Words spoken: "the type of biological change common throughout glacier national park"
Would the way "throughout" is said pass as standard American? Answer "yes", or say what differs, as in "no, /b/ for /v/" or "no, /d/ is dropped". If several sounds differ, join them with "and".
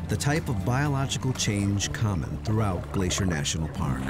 yes